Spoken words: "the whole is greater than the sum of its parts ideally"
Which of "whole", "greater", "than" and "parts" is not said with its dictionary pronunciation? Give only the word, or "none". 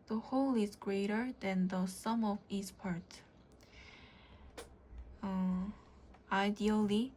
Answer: parts